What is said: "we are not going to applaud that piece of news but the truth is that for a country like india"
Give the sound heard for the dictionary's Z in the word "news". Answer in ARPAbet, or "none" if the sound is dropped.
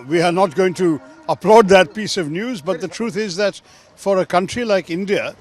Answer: Z